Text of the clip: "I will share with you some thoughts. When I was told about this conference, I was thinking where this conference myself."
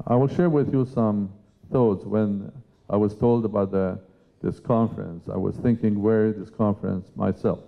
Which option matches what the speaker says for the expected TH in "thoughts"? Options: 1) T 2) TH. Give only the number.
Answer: 2